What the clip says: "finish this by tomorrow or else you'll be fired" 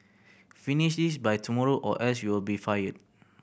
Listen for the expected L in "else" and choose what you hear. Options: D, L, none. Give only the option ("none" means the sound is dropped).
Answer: none